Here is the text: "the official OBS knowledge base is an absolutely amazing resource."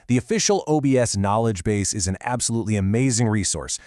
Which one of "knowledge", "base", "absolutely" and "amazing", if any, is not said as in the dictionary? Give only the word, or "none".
none